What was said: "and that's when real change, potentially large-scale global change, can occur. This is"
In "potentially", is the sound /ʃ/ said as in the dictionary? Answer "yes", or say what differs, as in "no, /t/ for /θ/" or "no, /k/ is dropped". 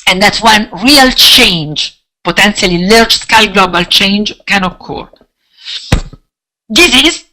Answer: no, /s/ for /ʃ/